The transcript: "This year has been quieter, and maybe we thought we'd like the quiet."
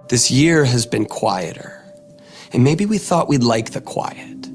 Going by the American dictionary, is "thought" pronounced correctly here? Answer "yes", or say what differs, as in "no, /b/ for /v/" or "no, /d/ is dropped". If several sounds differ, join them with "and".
yes